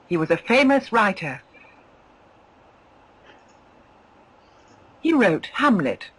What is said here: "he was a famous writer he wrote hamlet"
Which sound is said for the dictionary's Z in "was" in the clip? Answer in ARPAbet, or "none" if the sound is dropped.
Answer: Z